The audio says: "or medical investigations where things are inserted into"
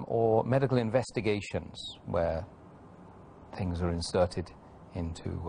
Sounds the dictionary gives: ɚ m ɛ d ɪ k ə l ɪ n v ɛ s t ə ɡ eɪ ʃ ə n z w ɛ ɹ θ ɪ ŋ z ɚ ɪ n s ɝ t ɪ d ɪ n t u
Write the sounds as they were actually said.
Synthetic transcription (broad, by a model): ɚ m ɛ d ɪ k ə l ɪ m v ɛ s t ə ɡ eɪ ʃ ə n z w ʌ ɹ θ ɪ ŋ z ɚ ɪ n s ɝ t ɪ d ɪ n t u